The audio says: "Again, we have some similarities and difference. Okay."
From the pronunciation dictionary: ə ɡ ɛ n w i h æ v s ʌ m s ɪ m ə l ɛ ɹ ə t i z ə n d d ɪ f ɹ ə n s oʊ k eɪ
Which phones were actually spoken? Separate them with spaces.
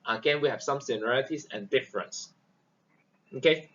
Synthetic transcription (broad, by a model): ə ɡ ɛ n w i h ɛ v s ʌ m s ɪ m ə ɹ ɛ l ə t i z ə n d d ɪ f ɹ ə n s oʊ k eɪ